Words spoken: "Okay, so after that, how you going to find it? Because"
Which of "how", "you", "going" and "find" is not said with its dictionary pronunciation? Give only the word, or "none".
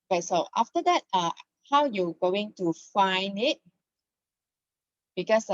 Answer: none